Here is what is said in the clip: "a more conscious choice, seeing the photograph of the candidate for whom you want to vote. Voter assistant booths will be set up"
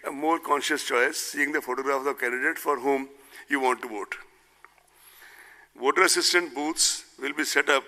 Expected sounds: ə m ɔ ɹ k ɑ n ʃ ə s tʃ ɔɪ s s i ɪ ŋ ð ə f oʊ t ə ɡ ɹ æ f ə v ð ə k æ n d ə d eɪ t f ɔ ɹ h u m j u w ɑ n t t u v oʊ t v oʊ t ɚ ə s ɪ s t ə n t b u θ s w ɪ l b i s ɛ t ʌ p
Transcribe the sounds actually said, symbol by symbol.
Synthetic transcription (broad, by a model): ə m ɔ ɹ k ɑ n ʃ ə s tʃ ɔɪ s s i ɪ ŋ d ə f oʊ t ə ɡ ɹ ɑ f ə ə k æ n d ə d eɪ t f ɔ ɹ h u m j u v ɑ n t t u v oʊ t v oʊ t ɚ ə s ɪ s t ə n t b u t s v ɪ l b i s ɛ t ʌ p